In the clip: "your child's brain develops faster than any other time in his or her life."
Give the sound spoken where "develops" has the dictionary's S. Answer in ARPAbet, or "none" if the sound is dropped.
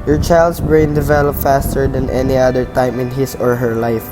none